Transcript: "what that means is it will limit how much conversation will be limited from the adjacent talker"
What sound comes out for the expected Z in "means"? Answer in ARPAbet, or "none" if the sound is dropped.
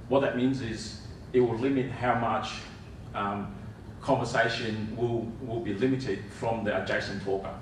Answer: Z